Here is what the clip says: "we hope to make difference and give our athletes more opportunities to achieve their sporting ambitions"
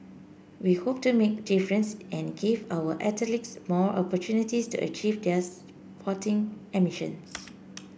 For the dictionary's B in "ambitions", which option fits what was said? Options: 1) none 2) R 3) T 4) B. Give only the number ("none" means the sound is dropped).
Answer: 1